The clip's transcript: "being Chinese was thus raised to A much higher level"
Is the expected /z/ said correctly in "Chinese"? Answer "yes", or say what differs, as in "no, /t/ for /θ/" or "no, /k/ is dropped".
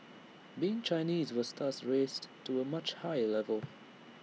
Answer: yes